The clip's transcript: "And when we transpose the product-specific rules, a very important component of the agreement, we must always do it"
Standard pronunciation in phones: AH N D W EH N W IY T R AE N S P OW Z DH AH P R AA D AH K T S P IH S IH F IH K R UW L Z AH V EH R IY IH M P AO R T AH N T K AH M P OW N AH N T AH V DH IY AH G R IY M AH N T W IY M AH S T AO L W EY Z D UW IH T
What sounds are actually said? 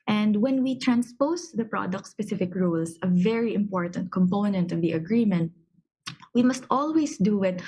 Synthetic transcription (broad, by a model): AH N D W EH N W IY T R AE N S P OW S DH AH P R AA D AH K T S P IH S IH F IH K R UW L S AH V EH R IY IH M P AO R T AH N T K AH M P OW N AH N T AH V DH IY AH G R IY M AH N T W IY M AH S T AO L W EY S D UW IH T